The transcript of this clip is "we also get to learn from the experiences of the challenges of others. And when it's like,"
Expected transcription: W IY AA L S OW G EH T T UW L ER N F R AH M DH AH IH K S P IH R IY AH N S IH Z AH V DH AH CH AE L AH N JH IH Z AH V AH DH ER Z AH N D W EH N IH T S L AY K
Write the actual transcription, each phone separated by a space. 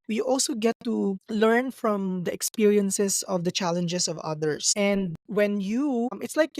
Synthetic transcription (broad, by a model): W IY AA L S OW G EH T T UW L ER N F R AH M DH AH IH K S P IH R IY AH N S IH S AH V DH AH CH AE L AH N JH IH S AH V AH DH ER S AH N D W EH N IH T S L AY K